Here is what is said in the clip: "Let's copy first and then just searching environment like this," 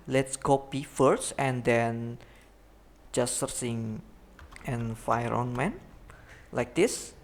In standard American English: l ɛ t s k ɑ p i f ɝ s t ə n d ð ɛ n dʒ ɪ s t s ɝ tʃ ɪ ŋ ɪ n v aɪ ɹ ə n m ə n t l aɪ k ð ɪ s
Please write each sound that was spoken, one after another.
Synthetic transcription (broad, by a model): l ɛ t s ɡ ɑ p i f ɝ s t ə n d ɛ n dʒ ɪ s s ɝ s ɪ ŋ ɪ n f aɪ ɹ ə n m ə n l aɪ k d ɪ s